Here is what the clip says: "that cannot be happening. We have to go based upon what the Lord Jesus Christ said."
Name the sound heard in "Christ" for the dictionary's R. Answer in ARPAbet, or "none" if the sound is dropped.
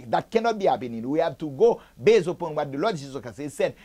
none